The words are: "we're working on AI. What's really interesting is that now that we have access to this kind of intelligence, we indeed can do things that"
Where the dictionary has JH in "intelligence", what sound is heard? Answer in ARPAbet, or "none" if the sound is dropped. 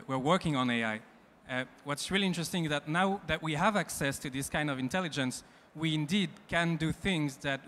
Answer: JH